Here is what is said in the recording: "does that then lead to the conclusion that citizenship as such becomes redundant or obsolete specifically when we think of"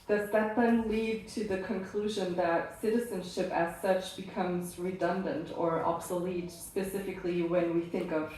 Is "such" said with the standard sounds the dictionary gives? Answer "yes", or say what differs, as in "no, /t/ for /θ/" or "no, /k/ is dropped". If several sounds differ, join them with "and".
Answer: yes